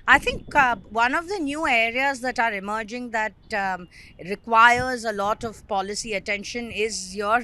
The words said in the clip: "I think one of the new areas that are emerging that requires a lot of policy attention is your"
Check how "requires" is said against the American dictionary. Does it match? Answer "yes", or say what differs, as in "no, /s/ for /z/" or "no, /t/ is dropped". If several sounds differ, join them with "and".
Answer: yes